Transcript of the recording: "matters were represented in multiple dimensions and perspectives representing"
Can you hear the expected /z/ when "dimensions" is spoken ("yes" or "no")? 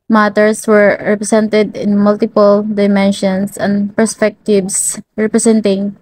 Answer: no